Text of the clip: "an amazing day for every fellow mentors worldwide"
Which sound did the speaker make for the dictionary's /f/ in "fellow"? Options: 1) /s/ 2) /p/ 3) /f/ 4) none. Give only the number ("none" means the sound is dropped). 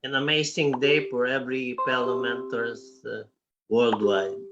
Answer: 2